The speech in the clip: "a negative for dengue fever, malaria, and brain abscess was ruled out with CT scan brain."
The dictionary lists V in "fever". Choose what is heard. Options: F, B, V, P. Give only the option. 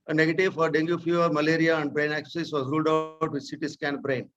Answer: F